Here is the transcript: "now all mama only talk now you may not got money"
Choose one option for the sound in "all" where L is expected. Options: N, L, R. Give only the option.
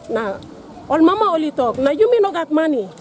L